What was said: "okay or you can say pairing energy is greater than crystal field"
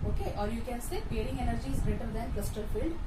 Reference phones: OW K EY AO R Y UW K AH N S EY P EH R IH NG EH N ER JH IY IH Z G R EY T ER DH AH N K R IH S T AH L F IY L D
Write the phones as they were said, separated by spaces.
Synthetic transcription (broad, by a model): OW K EY AO R Y UW K AH N S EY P EH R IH NG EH N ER JH IY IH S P R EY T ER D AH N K L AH S T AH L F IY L D